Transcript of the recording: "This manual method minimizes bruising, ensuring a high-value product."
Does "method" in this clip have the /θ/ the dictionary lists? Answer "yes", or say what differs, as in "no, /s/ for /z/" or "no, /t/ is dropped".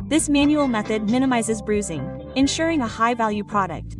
yes